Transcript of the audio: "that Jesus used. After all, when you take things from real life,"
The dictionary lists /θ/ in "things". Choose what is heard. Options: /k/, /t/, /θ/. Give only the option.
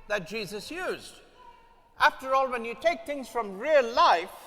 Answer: /θ/